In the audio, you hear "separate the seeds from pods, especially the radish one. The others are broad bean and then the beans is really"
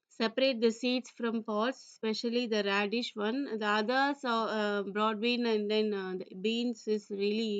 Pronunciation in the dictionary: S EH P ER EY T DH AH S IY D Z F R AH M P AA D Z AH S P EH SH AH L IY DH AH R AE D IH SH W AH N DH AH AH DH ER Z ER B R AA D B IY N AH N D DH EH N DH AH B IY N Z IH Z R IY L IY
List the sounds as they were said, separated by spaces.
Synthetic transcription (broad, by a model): S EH P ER EY T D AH S IY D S F R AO M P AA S S P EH SH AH L IY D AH R AE D IH SH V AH N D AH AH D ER S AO B R AA D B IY N AH N D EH N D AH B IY N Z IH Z R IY L IY